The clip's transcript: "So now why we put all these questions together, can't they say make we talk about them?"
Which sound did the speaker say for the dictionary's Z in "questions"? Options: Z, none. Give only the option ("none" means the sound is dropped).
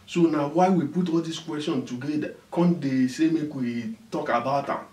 none